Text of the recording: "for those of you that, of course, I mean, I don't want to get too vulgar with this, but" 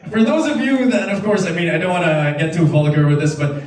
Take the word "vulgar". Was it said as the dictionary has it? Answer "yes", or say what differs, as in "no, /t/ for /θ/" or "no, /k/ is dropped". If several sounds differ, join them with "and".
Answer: no, /f/ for /v/